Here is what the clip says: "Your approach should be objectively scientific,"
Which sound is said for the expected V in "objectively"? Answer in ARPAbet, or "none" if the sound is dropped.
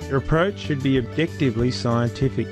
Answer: V